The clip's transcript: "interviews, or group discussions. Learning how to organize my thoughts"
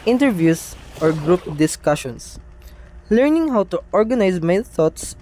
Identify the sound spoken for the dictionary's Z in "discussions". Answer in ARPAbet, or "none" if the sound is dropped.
S